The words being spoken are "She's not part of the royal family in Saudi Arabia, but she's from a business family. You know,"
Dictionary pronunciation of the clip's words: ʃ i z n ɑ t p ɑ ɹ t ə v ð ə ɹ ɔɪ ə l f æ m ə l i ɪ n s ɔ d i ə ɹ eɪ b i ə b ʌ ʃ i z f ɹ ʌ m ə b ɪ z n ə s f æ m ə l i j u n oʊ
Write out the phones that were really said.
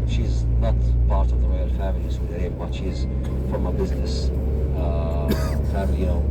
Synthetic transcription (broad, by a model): ʃ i z n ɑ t p ɑ ɹ t ə v ð ə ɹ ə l f æ m ə l i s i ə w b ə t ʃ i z f ɹ ʌ m ə b ɪ z n ə s f æ m ə l i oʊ